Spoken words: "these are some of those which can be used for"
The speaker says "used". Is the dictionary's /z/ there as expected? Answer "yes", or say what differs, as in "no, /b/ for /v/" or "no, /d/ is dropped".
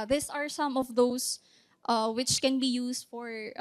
no, /s/ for /z/